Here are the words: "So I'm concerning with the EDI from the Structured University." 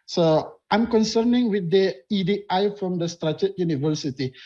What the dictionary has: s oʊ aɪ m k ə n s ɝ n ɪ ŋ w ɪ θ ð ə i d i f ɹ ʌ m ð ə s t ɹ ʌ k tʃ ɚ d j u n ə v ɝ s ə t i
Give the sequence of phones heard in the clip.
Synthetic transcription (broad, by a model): s oʊ aɪ m k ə n s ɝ n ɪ ŋ w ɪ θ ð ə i d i f ɹ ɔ m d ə s t ɹ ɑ tʃ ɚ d j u n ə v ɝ s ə t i